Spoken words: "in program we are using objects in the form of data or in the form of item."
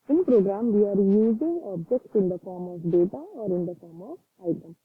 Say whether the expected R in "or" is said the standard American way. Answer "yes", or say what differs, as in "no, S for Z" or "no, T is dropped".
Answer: yes